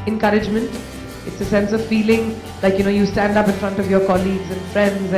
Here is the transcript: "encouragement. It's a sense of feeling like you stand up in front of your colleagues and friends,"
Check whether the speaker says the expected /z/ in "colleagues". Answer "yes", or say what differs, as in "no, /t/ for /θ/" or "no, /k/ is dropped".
yes